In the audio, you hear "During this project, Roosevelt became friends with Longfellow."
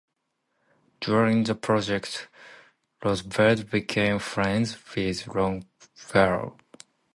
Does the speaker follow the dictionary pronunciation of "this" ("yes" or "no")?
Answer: no